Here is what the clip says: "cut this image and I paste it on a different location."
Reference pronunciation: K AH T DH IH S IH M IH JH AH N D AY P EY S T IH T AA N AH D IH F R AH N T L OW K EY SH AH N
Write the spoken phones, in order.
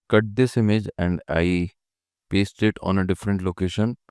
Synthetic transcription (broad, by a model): K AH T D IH S IH M IH JH AH N D AY P EY S T IH T AA N AH D IH F R AH N T L OW K EY SH AH N